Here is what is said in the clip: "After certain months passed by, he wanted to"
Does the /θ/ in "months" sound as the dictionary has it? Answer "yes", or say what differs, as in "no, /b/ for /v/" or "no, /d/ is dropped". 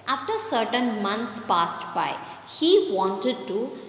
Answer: no, /t/ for /θ/